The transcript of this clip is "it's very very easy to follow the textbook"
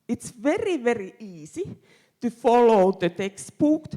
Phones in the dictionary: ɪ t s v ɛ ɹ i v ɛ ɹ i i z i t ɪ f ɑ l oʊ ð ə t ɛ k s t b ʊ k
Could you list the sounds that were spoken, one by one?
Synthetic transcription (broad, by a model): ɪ t s v ɛ ɹ i v ɛ ɹ i i s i t ɪ f ɑ l oʊ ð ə t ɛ k s t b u k